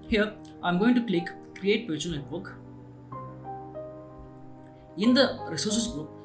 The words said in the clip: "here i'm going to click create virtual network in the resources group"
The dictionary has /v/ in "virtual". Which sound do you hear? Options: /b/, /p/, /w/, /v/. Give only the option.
/p/